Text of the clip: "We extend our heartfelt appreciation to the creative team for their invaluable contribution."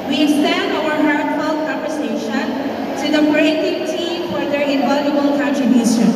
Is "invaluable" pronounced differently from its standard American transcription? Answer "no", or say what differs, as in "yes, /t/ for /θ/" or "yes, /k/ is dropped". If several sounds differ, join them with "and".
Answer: yes, /v/ is dropped